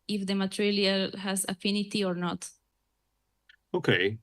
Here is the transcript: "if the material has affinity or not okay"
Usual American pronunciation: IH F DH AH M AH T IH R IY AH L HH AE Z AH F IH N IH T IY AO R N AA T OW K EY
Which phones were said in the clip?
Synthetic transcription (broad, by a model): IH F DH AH M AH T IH L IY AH L HH AE Z AH F IH N IH T IY AO R N AA T OW K EY